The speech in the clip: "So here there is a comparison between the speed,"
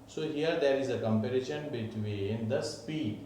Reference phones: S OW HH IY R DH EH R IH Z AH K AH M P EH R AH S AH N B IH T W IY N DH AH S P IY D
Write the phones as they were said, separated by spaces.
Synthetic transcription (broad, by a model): S OW HH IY R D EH R IH Z AH K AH M P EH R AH SH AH N B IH T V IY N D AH S P IY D